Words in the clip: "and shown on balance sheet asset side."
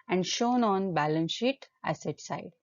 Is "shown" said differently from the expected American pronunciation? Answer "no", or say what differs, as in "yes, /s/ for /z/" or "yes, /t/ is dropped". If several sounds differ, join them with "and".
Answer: no